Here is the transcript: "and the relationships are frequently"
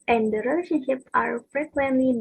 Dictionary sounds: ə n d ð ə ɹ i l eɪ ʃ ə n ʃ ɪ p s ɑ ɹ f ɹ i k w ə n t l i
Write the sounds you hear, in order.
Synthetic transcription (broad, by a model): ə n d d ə ɹ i l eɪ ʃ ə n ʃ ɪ p ɑ ɹ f ɹ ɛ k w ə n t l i